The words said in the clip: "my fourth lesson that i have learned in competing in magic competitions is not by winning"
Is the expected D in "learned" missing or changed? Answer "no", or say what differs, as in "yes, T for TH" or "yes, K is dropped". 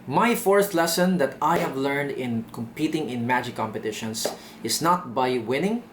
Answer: no